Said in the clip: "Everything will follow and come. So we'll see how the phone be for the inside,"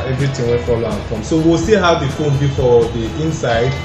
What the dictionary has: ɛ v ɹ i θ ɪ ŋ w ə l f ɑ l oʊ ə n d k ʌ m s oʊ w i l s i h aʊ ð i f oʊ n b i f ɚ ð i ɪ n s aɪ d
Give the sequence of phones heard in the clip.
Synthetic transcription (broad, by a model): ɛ v ɹ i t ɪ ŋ w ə n f ɑ l oʊ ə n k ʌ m s oʊ w i l s i h aʊ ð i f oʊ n b i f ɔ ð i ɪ n s aɪ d